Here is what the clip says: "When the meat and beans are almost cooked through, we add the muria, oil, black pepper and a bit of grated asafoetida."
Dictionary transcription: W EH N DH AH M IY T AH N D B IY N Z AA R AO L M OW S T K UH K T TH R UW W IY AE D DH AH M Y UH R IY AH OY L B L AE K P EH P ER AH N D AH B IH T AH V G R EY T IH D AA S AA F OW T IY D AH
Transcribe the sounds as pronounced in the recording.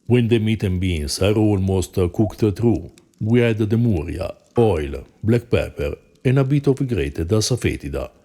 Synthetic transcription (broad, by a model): W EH N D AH M IY T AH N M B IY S AA R AO L M OW S T K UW K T T R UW W IY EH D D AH M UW R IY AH OY L B L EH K P EH P ER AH N AH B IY T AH F G R EY T IH D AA S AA F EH T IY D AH